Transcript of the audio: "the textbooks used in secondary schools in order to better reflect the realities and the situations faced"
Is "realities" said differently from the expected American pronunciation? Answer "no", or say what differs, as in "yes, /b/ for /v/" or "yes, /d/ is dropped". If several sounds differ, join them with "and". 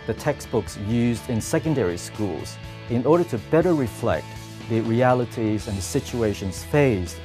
no